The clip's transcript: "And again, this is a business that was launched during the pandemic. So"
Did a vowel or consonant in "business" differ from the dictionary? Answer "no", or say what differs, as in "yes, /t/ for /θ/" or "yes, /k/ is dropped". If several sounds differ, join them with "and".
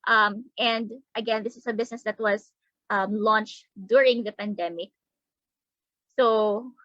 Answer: yes, /s/ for /z/